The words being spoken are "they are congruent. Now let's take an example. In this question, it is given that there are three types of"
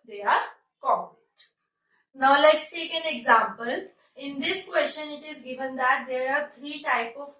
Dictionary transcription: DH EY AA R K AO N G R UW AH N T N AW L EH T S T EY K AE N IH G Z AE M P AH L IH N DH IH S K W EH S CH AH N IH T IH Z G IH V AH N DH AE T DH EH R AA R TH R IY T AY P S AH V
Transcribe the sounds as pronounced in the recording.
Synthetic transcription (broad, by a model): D EY AA R K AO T N AW L EH T S T EY K AE N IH G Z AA M P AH L IH N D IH S K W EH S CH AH N IH T IH Z G IH V AH N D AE T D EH R AA R T R IY T AY P AH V